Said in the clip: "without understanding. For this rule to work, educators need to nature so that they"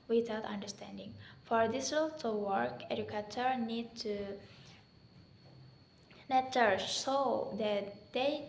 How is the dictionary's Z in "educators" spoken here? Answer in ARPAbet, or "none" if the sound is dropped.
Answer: none